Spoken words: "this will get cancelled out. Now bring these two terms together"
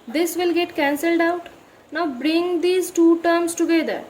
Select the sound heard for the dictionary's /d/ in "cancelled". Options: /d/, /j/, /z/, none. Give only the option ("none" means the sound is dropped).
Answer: /d/